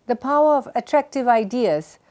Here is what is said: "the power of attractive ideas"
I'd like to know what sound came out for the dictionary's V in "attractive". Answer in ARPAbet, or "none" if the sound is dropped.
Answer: V